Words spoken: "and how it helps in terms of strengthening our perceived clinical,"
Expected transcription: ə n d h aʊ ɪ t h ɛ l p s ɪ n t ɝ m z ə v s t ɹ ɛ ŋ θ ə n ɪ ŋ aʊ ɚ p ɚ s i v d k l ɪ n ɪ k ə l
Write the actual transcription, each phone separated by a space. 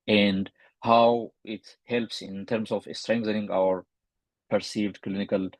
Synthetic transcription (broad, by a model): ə n d h aʊ ɪ t h ɛ l p s ɪ n t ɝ m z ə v s t ɹ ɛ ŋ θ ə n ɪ ŋ aʊ ɚ p ɚ s i v d k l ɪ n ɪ k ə l